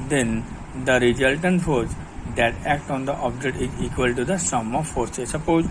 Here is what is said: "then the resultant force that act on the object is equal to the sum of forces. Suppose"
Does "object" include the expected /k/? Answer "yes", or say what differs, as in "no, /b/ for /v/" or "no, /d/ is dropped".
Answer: no, /k/ is dropped